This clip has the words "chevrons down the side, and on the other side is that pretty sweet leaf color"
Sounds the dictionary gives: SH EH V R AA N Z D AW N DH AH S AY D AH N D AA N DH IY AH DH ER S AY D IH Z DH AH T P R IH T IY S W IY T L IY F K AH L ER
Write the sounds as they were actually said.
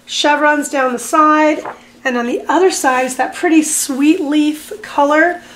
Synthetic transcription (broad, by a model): SH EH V R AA N Z D AW N DH AH S AY D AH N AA N DH IY AH DH ER S AY D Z DH AH T P R IH T IY S W IY T L IY F K AH L ER